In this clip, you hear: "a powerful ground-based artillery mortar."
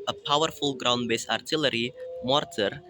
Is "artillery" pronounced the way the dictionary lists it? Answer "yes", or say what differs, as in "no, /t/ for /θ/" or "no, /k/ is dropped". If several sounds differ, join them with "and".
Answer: yes